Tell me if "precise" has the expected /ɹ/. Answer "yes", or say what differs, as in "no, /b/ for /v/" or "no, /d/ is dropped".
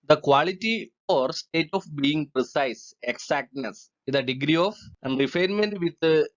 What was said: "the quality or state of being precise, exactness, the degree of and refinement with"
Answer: yes